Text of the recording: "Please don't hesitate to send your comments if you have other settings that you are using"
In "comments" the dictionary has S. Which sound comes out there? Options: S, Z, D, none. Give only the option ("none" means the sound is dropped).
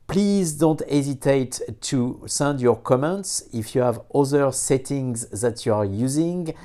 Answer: S